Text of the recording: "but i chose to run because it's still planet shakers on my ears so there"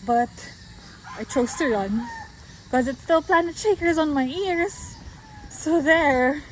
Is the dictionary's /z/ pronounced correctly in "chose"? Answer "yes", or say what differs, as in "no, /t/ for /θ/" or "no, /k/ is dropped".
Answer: no, /s/ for /z/